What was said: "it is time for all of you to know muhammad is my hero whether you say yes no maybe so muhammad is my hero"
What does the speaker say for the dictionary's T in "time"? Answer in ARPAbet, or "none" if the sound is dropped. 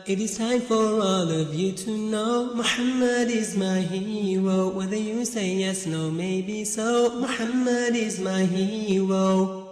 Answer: S